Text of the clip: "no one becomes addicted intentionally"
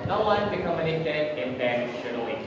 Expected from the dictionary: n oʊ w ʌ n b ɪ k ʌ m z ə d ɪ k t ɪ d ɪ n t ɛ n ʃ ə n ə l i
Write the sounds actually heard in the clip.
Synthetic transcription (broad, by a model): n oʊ w ʌ n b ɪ k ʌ m ə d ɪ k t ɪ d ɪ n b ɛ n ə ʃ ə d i